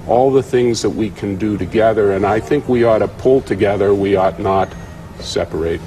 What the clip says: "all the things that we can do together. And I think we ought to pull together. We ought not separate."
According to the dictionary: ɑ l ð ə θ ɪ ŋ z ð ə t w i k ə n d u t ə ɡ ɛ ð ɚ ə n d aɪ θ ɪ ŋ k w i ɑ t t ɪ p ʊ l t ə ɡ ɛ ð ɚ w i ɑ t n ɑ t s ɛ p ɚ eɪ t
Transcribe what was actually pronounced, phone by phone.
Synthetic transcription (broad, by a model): ɑ l ð ə θ ɪ ŋ z ð ə t w i k ə n d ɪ t ə ɡ ɛ ð ɚ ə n aɪ θ ɪ ŋ k w i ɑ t t ɪ p ʊ l t ə ɡ ɛ ð ɚ w i ɑ t n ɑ t s ɛ p ɚ eɪ t